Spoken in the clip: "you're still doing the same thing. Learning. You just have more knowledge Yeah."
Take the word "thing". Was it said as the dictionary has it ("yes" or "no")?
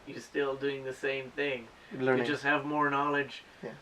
yes